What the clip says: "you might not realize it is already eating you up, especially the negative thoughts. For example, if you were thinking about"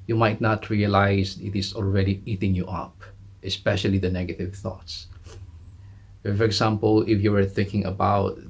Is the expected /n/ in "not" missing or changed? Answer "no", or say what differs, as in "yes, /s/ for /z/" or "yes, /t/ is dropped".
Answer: no